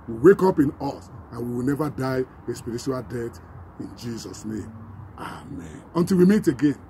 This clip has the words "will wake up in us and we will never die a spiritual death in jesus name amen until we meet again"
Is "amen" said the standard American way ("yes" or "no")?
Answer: yes